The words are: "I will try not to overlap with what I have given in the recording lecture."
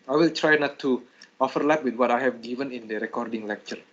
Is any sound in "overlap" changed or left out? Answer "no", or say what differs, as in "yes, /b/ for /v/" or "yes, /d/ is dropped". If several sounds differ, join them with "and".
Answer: yes, /f/ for /v/